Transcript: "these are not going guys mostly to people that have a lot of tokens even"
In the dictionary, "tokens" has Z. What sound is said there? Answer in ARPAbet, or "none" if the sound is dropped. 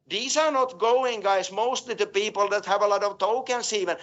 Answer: S